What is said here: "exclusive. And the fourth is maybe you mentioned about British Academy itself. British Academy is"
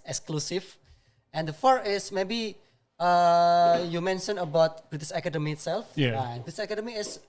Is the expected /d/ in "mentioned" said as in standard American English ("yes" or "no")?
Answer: no